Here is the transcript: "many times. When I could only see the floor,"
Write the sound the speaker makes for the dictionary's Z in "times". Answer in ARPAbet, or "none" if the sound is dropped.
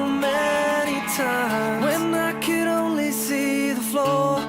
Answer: none